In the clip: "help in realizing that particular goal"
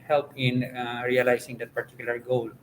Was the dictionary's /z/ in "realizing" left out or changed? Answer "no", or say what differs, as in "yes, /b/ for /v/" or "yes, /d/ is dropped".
yes, /s/ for /z/